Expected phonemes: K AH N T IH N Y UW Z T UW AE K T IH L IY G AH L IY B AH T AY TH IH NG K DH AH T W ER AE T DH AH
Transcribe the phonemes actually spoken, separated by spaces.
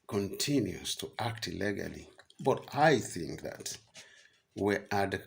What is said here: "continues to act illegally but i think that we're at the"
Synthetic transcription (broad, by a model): K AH N T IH N Y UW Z T UW AE K T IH L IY G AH L IY B AH T AY TH IH NG K DH AH T W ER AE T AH